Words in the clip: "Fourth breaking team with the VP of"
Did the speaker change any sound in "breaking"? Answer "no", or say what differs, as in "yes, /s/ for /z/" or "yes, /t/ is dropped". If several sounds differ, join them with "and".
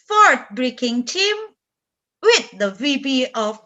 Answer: no